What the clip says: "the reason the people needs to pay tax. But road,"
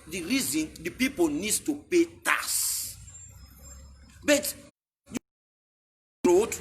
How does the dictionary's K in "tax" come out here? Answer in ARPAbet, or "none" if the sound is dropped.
none